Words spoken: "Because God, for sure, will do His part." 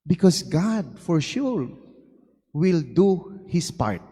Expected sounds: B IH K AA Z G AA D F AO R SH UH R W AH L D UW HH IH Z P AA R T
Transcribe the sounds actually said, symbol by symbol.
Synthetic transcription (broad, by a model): B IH K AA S G AA D F AO R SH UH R W AH L D UW HH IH S P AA R T